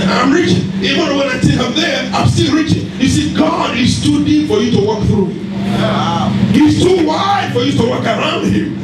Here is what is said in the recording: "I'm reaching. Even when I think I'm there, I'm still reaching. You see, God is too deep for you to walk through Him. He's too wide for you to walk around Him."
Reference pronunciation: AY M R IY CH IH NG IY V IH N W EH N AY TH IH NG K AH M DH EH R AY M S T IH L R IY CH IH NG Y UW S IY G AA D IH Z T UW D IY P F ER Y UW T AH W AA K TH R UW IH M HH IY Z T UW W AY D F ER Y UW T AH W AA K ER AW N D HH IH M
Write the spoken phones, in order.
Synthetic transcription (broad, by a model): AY M R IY CH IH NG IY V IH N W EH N AY T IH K AH M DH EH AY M S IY R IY CH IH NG Y UW S IY G AA D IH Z T UW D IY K F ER Y UW T AH W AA K TH R UW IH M HH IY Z T UW W AY D F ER Y UW T AH W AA K ER AW N D HH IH M